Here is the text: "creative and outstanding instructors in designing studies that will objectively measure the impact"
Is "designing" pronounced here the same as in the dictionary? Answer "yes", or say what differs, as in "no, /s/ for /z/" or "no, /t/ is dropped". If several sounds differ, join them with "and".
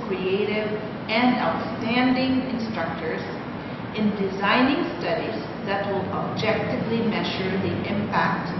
yes